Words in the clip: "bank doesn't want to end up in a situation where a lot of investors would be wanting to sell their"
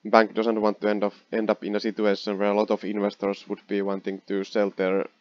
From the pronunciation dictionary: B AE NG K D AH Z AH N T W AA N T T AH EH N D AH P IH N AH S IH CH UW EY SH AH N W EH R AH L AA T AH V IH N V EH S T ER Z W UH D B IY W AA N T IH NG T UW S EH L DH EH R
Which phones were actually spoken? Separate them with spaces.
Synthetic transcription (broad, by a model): B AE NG K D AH S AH N T W AA N T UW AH EH N D AH P IH N AH S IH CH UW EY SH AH N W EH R AH L AA T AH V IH N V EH S T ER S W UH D B IY W AA N T IH NG T UW S EH L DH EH R